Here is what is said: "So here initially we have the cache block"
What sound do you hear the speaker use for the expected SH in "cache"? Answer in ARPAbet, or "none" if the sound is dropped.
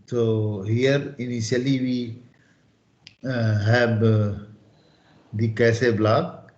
S